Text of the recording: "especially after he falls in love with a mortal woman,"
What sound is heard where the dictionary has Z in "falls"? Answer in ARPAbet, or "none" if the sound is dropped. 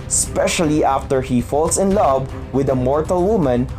S